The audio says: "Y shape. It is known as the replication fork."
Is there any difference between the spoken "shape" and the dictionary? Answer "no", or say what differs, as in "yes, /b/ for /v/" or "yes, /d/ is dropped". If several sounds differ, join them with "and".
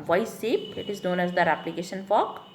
yes, /s/ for /ʃ/